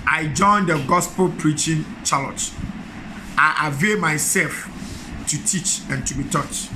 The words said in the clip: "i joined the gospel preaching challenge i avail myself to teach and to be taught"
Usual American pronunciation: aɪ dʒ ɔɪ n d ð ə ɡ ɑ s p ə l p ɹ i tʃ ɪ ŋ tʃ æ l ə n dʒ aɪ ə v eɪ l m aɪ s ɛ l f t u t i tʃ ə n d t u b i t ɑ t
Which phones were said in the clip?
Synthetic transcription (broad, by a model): aɪ dʒ ɔɪ n d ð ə ɡ ɑ s p ə l p ɹ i tʃ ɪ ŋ tʃ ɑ l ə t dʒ aɪ ə v eɪ l m aɪ s ɛ l f t u t i tʃ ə n t u b i t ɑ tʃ